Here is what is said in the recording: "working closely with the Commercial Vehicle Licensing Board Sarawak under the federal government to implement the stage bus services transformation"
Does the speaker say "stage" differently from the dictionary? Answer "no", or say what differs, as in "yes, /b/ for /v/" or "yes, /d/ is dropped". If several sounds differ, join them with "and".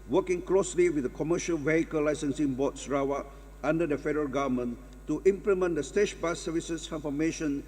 yes, /ʃ/ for /dʒ/